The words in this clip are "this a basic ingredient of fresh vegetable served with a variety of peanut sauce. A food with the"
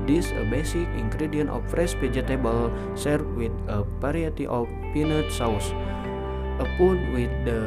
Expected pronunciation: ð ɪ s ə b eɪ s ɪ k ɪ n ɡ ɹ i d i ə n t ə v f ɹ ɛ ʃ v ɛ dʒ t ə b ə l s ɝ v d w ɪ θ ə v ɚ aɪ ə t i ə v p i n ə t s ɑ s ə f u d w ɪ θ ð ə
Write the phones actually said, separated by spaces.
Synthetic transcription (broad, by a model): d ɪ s ə b eɪ s ɪ k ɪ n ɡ ɹ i d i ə n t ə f ɹ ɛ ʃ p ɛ dʒ t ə b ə l s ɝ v w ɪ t ə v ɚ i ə t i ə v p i n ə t s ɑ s ə p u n w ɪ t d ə